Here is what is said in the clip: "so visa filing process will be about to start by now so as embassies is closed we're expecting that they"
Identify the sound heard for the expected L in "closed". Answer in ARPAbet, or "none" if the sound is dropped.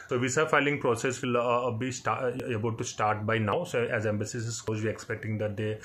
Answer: none